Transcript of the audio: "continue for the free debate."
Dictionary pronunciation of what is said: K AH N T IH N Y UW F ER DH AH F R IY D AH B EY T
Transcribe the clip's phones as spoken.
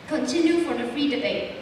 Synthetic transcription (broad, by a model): K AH N T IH N Y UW F ER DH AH F R IY D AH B EY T